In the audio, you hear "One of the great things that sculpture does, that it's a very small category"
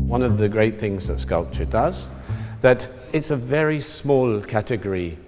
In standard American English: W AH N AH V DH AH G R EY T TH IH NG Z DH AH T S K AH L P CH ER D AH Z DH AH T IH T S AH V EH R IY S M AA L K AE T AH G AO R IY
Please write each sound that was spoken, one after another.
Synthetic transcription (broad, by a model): W AH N AH V DH AH G R EY T TH IH NG Z DH AH T S K AH L P CH ER D AH Z DH AH T IH T S AH V EH R IY S M AA L K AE T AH G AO R IY